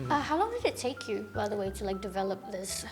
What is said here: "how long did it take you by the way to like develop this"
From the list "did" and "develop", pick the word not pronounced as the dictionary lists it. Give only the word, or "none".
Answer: none